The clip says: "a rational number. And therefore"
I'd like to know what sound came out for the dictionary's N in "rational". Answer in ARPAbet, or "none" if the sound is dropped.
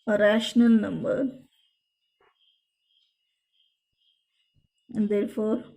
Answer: N